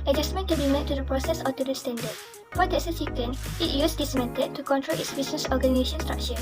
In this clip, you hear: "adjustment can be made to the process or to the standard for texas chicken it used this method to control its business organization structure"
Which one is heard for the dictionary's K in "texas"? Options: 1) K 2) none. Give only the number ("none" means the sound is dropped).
2